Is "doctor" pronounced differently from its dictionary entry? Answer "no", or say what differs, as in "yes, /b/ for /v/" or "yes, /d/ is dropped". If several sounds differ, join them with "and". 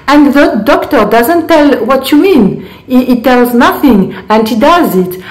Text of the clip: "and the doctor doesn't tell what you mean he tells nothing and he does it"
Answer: no